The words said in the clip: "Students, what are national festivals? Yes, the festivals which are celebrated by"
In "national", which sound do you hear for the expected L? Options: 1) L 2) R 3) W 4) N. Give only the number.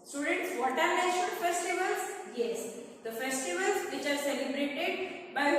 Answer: 4